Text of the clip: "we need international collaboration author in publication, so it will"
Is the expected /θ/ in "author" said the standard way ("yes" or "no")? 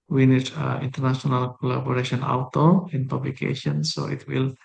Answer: no